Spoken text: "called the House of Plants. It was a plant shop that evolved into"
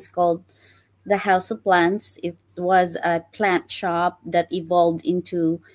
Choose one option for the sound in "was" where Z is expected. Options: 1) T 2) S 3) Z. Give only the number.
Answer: 3